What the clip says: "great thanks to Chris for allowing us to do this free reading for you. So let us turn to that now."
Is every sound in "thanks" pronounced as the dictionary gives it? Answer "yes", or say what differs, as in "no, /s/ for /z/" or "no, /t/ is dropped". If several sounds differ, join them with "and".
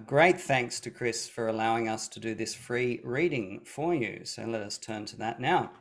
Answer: yes